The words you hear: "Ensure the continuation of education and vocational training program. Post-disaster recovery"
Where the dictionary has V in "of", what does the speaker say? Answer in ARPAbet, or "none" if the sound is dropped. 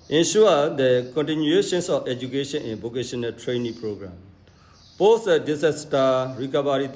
F